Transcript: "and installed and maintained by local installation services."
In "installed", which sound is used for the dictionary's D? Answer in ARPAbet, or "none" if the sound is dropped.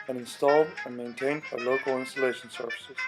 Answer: D